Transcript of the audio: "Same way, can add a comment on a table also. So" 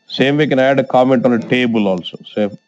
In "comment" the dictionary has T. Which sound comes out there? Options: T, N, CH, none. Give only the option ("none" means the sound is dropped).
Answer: T